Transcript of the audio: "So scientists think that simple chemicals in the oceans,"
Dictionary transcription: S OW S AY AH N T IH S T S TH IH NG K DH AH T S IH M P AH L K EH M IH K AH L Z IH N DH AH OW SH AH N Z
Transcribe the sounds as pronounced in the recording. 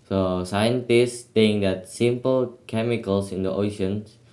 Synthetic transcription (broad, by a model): S OW S AY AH N T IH S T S T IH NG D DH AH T S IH M P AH L K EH M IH K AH L S IH N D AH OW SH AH N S